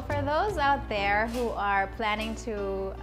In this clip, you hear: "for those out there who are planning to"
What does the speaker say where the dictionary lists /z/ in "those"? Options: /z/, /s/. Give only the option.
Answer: /z/